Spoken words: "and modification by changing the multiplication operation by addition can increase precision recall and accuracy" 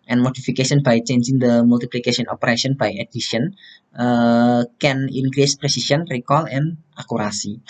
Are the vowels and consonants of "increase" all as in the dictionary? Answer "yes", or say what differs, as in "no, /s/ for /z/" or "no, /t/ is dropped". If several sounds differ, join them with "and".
yes